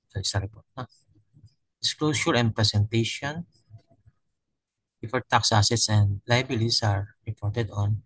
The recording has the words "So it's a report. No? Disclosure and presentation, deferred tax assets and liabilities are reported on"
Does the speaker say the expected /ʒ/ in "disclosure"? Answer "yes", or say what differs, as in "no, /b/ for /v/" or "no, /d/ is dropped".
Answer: no, /s/ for /ʒ/